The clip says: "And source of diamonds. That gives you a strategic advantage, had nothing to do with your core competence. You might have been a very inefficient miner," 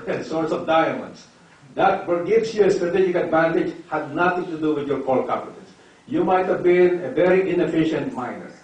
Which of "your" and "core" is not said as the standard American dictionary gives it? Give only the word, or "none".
core